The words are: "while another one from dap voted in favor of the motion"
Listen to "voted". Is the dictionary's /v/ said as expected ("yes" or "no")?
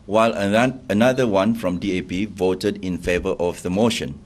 yes